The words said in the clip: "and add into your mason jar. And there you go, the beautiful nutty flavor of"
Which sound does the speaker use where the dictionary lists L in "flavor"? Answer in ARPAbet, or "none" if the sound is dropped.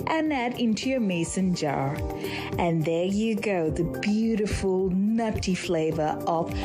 L